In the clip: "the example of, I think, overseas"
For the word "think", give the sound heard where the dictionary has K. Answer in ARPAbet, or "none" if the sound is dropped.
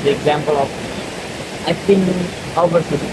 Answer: none